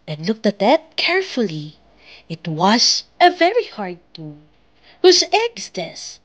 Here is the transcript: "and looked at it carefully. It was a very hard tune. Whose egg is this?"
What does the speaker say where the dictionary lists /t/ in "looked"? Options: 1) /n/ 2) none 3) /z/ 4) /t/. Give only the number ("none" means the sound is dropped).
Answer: 4